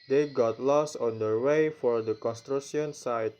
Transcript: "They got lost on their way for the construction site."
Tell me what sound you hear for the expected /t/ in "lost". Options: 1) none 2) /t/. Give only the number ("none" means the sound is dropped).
1